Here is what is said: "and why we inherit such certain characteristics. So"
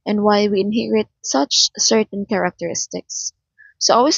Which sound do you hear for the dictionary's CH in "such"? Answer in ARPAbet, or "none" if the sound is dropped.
CH